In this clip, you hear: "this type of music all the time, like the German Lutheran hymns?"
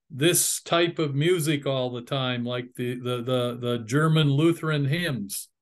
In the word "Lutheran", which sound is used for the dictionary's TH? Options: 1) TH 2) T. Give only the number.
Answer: 1